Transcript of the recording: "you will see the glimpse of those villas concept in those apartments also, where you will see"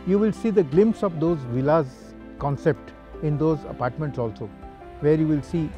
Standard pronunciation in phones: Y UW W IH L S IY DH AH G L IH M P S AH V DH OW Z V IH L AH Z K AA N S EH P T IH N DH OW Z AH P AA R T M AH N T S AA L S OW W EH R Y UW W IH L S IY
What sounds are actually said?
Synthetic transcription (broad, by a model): Y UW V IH L S IY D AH G L IH M P S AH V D OW Z V IH L AH Z K AA N S EH P T IH N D OW Z AH P AA R T M AH N T S AA L S OW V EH R Y UW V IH L S IY